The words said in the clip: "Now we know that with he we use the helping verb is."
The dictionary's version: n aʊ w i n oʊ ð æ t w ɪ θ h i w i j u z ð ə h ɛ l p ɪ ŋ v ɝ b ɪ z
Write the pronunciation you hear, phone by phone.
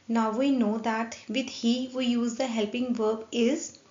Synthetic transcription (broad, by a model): n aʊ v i n oʊ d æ t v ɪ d h i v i j u z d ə h ɛ l p ɪ ŋ v ɝ b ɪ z